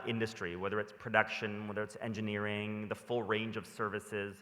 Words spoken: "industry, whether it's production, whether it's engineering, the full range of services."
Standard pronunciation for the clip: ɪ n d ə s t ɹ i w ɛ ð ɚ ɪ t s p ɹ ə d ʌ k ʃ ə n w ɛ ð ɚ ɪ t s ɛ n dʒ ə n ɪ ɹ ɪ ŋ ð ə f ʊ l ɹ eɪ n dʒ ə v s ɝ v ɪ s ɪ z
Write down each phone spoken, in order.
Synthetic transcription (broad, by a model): ɪ n d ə s t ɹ i w ɛ ð ɚ ɪ t s p ɹ ə d ʌ k ʃ ə n w ɛ ð ɚ ɪ t s ɛ n dʒ ə n ɪ ɹ ɪ ŋ ð ə f ʊ l ɹ eɪ n dʒ ə v s ɝ v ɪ s ɪ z